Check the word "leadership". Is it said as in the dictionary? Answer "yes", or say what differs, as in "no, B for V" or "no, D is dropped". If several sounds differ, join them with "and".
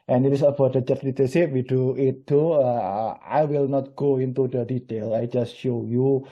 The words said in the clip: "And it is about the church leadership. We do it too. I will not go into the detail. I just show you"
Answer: no, S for SH